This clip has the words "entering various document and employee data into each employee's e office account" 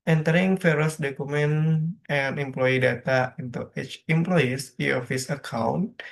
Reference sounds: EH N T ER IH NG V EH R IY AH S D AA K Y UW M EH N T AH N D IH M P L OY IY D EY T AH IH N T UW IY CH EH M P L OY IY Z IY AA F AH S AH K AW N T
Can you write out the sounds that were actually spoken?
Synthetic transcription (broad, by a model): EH N T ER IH NG F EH R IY S D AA K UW M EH N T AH N IH M P L OY IY D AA T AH IH N T UW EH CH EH M P L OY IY S IY AA F AH S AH K AW N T